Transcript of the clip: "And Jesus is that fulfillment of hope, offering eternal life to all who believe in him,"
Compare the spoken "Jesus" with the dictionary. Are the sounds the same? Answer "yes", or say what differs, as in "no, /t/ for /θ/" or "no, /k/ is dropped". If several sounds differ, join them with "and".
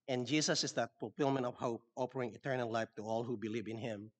no, /s/ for /z/